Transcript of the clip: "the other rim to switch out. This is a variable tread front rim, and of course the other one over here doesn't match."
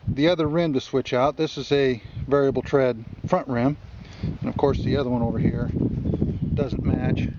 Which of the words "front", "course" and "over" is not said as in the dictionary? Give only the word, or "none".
none